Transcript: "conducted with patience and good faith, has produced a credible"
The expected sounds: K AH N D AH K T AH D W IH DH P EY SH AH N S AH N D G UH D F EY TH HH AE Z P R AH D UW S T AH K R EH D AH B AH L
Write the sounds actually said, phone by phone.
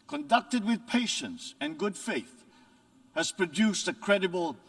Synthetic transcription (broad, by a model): K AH N D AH K T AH D W IH DH P EY SH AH N S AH N G UH D F EY TH HH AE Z P R AH D UW S T AH K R EH D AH B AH L